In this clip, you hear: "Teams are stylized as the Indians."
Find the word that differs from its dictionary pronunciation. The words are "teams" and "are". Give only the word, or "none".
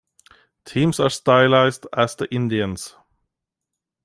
teams